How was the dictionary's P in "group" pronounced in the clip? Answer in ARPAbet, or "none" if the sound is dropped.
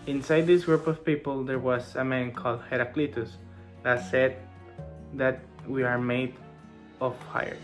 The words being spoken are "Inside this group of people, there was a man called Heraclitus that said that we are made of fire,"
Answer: P